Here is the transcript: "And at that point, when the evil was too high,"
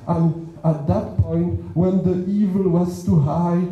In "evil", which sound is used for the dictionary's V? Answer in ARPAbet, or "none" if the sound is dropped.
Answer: V